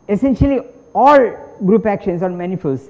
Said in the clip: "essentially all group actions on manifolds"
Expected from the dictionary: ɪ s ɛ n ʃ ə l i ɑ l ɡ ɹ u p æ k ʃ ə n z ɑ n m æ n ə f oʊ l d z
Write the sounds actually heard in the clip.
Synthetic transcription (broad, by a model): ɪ s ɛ n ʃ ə l i ɑ l ɡ ɹ u p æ k ʃ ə n s ɑ n m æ n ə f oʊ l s